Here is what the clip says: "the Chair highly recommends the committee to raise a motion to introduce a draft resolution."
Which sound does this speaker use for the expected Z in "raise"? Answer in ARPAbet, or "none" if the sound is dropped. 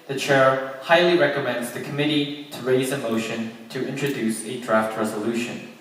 Z